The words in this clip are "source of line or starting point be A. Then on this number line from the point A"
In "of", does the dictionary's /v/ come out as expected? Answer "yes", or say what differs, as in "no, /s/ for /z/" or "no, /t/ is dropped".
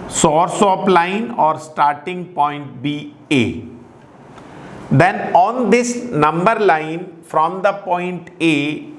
no, /p/ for /v/